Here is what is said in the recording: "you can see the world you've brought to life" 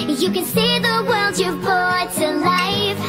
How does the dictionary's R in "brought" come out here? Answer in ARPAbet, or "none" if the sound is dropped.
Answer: none